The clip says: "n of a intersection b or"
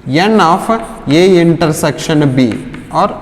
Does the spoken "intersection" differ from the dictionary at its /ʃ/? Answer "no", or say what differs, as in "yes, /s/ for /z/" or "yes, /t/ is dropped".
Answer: no